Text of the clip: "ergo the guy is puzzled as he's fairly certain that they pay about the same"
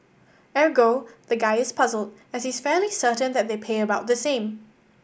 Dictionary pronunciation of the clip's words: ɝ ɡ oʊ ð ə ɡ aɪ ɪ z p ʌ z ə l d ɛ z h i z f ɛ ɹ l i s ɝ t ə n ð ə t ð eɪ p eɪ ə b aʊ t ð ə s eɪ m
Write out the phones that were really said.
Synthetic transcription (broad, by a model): ɝ ɡ oʊ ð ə ɡ aɪ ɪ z p ʌ z ə l d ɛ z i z f ɛ l i s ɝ t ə n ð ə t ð eɪ p eɪ ə b aʊ t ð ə s eɪ m